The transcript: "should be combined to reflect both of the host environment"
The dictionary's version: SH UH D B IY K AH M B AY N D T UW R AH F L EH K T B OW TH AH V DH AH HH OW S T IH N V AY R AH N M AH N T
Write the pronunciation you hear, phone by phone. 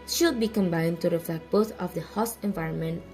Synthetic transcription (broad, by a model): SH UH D B IY K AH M B AY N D T UW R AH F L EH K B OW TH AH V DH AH HH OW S IH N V AY R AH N M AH N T